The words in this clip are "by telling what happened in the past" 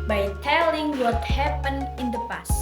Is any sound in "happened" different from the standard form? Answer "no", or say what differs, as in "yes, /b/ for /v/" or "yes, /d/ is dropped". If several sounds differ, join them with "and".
yes, /d/ is dropped